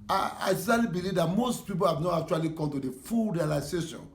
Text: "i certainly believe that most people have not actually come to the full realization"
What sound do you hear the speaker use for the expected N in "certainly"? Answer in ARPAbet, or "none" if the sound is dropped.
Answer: none